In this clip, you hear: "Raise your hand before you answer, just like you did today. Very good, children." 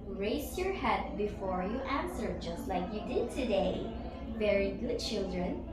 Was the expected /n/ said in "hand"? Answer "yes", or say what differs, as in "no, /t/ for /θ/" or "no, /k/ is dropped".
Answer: no, /n/ is dropped